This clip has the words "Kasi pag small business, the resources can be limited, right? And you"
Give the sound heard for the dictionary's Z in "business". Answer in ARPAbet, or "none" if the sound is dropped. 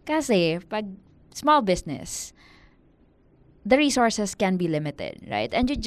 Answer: S